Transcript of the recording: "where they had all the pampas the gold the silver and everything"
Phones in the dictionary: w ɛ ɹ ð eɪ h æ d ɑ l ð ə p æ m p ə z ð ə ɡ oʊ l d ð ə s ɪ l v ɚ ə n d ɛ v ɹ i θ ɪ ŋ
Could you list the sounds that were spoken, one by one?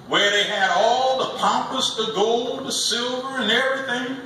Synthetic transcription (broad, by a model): w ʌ ɹ ð eɪ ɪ d ɑ l ð ə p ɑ m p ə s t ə ɡ oʊ l d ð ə s ɪ l v ɚ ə n ɛ v ɹ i θ ɪ ŋ